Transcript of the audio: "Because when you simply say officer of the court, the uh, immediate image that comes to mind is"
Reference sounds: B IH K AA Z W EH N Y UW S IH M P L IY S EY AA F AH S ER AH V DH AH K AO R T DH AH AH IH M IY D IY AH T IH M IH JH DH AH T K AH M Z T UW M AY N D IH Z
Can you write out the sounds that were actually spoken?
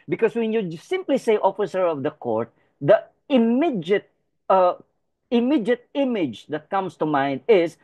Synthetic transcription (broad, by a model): B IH K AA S W EH N Y UW S IH M P L IY S EY AA F AH S ER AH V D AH K AO R T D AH AH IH M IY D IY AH T IH M IH JH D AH T K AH M S T UW M AY N D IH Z